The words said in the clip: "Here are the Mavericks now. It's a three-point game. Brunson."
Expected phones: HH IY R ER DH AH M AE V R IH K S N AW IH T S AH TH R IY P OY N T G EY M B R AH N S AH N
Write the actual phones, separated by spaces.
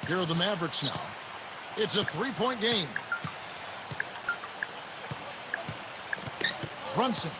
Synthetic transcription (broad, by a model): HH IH R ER DH AH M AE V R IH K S N AW IH T S AH TH R IY P OY N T G EY M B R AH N S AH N